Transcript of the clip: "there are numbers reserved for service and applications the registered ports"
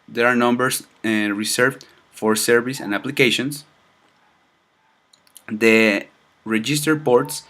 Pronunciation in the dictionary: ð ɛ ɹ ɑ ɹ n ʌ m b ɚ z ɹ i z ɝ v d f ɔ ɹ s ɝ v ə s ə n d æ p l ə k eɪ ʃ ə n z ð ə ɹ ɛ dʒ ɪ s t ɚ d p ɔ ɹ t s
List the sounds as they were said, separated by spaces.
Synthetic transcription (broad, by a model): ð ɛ ɹ ɑ ɹ n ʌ m b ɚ s ɹ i s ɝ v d f ɔ ɹ s ɝ v ə s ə n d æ p l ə k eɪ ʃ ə n s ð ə ɹ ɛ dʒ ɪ s t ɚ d p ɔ ɹ t s